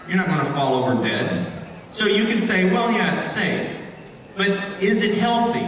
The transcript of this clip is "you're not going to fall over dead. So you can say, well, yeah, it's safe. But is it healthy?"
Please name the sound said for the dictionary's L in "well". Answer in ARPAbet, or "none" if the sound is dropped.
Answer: L